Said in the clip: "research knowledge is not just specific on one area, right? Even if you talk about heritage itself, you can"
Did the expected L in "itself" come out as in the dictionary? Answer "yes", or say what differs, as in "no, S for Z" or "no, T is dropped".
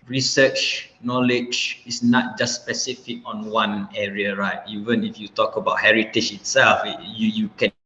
yes